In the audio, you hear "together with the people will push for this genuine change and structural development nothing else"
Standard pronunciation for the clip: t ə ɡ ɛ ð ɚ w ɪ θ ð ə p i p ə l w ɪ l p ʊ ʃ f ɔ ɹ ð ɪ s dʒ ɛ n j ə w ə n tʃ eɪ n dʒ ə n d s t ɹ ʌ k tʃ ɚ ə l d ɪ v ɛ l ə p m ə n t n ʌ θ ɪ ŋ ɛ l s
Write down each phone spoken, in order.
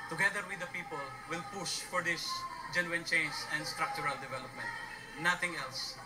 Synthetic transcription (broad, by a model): t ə ɡ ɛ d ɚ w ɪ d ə p i p ə l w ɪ l p ʊ ʃ f ɔ ɹ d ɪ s dʒ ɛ n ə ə n tʃ eɪ n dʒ ə n d s t ɹ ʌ k tʃ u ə l d ɪ v ɛ l ə p m ə n t n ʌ t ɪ ŋ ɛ l s